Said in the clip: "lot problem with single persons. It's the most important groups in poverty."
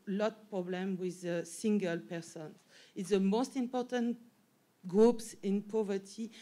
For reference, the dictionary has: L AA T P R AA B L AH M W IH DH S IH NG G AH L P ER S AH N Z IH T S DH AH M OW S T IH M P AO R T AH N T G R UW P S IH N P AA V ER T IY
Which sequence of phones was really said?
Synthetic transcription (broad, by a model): L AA T P R AA B L AH M W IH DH S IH NG G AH L P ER S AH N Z IH T S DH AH M OW S T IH M P AO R T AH N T G R UW P S IH N P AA V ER T IY